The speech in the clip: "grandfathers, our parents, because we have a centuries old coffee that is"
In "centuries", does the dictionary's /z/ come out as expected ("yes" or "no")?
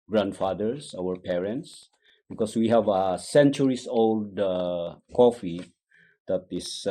no